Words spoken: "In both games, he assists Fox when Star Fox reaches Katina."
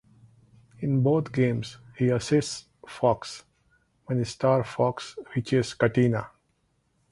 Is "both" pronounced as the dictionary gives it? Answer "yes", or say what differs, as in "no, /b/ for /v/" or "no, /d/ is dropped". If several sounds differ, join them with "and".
no, /t/ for /θ/